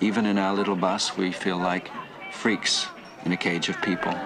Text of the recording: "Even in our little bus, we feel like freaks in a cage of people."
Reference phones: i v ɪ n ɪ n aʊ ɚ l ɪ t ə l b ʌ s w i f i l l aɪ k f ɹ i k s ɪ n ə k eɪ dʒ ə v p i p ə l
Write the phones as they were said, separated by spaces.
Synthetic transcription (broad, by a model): i v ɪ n ɪ n aʊ ɚ l ɪ t l b ʌ s w i f i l l aɪ k f ɹ i k s ɪ n ə k eɪ dʒ ə v p i p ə l